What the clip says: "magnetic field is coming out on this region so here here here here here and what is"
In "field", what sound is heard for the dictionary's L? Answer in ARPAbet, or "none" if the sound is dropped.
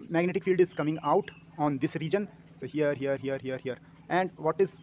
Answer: L